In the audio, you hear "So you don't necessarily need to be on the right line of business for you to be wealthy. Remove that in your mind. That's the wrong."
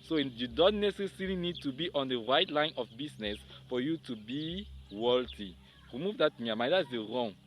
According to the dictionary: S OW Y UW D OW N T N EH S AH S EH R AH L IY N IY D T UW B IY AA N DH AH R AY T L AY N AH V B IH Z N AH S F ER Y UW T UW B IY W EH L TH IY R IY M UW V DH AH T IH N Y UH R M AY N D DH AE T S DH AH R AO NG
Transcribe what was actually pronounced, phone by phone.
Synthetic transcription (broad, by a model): S OW Y UW D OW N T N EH S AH S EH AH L IY N IY D T UW B IY AA N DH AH R AY T L AY N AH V B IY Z N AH S F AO Y UW T UW B IY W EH L T IY R IY M UW V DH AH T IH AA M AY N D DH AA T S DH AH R AO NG